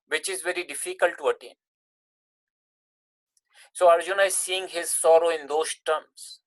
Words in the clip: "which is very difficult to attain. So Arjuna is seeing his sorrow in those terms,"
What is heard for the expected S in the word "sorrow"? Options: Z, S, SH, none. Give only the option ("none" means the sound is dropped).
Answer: S